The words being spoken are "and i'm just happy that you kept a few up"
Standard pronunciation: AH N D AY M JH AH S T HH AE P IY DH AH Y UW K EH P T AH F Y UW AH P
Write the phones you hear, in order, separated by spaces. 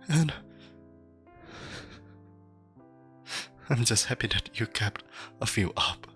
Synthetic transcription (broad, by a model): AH N AY M JH AH S T HH AE P IY DH AH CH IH K EH P T AH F Y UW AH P